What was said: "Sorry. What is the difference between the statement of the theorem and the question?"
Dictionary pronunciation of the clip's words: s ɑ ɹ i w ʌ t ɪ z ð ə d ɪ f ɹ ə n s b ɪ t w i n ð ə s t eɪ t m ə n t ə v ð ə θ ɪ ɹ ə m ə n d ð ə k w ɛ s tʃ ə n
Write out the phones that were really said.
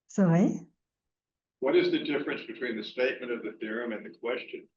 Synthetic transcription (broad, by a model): s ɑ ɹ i w ʌ t ɪ z ð ə d ɪ f ɹ ə n s b ɪ t w i n ð ə s t eɪ t m ə n t ə v ð ə θ ɪ ɹ ə m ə n ð ə k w ɛ s tʃ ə n